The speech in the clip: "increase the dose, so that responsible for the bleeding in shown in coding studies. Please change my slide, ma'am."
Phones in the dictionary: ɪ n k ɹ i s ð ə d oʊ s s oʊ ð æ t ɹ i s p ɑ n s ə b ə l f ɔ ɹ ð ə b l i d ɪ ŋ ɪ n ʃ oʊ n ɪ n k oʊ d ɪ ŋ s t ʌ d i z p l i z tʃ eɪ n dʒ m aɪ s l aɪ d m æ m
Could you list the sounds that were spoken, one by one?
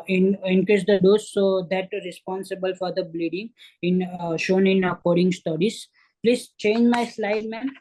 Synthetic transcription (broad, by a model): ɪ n k ɹ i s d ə d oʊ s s oʊ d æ t ɹ i s p ɑ n s ə b ə l f ɔ ɹ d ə b l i d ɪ ŋ ɪ n ʃ oʊ n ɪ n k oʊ d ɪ ŋ s t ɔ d i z p l i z tʃ eɪ n dʒ m aɪ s l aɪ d m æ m